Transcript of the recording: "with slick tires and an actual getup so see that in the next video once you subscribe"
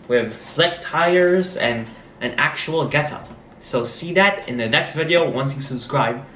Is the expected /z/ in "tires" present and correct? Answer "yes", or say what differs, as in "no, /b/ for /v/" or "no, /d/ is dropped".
yes